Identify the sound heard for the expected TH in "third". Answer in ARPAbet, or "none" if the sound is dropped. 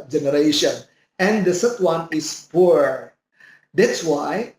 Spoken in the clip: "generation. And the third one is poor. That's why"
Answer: S